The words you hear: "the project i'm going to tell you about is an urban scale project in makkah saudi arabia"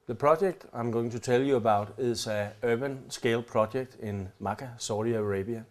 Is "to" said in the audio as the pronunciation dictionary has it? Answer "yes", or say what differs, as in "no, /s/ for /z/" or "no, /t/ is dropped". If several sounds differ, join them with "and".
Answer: no, /s/ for /t/